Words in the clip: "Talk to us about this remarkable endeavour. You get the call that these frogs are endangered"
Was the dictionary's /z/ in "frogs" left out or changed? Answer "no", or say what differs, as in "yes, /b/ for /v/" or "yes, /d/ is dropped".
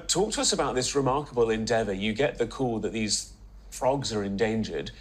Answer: no